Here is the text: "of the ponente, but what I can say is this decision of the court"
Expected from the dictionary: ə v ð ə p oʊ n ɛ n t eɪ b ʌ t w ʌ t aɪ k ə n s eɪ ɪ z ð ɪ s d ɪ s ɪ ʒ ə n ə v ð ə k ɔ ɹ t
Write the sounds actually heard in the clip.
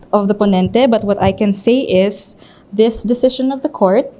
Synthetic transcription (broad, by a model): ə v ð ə p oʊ n ɛ n t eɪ b ʌ t w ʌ t aɪ k ə n s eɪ ɪ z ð ɪ s d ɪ s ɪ ʃ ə n ə v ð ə k ɔ ɹ t